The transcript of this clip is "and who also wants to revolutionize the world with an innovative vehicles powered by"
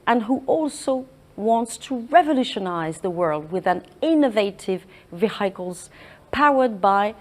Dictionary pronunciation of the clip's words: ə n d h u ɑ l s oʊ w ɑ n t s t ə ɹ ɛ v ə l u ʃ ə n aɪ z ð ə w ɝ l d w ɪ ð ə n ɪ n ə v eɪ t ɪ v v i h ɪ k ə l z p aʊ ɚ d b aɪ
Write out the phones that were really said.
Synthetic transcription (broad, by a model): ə n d h u ɑ l s oʊ w ɑ n t s t ə ɹ ɛ v ə l u ʃ ə n aɪ z ð ə w ɝ l d w ɪ ð ə n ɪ n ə v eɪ t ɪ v v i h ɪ k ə l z p aʊ ɚ d b aɪ